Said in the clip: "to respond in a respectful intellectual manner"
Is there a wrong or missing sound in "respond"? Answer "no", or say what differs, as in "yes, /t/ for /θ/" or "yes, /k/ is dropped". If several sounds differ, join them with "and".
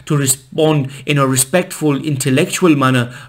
no